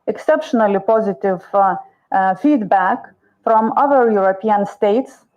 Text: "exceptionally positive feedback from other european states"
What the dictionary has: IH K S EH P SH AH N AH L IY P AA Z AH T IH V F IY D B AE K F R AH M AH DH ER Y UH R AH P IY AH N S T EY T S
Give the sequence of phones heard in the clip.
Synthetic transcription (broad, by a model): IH K S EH P SH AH N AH L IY P AA Z AH T IH V F IY D B AE K F R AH M AH DH ER Y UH R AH P IY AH N S T EY T S